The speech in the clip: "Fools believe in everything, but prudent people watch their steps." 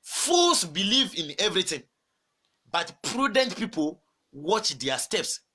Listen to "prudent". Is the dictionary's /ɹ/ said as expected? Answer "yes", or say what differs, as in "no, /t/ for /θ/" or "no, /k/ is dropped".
yes